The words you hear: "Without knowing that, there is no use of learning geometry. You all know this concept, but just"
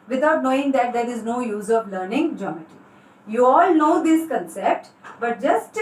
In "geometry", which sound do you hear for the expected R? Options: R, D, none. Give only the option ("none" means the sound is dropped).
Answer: none